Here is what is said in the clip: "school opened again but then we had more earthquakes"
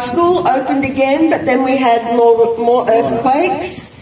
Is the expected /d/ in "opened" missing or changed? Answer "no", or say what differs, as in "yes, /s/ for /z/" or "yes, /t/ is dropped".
no